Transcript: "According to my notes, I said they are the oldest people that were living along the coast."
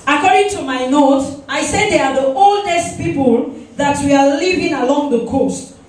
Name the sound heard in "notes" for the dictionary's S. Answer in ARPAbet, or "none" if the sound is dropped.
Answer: none